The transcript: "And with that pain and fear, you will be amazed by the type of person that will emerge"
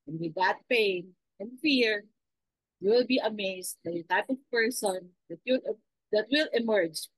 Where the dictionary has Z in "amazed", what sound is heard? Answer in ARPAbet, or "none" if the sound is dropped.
S